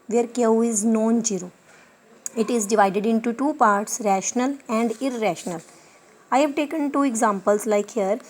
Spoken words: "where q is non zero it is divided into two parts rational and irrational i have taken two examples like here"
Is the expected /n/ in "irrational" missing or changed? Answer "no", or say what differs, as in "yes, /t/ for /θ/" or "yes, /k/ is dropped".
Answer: no